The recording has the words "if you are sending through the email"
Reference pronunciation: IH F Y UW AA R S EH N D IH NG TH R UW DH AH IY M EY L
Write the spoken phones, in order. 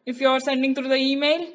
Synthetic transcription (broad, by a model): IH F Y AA R S EH N D IH NG T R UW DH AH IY M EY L